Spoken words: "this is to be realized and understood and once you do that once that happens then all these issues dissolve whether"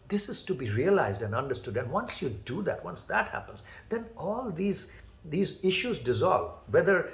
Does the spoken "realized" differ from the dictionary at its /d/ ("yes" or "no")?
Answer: no